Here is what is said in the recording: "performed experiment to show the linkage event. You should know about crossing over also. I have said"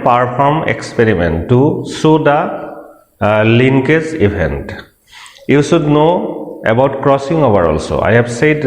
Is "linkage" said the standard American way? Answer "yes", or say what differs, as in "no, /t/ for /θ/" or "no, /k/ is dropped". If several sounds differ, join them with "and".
no, /z/ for /dʒ/